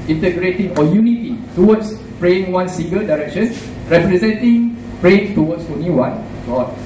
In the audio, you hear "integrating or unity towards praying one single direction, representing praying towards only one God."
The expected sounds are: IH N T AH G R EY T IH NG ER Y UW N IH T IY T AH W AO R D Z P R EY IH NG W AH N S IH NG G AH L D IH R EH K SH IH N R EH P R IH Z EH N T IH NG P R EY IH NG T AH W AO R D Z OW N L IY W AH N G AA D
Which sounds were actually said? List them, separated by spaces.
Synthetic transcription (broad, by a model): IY N T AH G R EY T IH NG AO Y UW N IH T IY T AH W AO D S P R EY IH NG W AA N S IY NG G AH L D IH R EH K SH IH N R EH P R IH Z EH N T IH NG P R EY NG T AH W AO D S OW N IY W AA N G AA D